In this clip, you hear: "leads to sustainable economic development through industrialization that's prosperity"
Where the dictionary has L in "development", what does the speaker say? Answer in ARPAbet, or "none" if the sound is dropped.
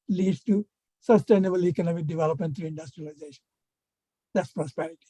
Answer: L